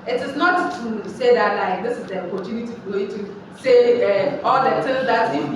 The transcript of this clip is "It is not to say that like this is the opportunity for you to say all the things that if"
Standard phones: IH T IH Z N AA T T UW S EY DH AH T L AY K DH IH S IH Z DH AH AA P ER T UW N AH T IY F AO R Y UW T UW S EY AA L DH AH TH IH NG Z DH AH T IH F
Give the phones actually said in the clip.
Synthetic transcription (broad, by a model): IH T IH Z N AA T T UW S EY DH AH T L AY K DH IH S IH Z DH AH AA P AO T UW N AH T IY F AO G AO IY T UW S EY AA L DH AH T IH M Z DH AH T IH